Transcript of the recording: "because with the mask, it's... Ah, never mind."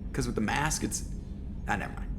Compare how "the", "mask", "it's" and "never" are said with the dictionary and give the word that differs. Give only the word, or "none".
none